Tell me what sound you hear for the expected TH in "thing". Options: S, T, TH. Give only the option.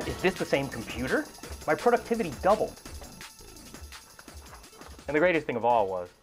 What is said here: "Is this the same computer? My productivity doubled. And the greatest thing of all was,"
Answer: TH